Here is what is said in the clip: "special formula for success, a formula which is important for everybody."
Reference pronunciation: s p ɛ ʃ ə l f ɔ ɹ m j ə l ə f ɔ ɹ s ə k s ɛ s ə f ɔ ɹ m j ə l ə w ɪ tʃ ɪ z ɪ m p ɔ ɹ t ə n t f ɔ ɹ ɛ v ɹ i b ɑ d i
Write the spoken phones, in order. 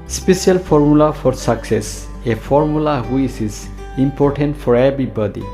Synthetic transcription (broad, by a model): s p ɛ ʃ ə l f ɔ ɹ m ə l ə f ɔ ɹ s ə k s ɛ s ə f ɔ ɹ m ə l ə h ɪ s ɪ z ɪ m p ɔ ɹ t ə n t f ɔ ɹ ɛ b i b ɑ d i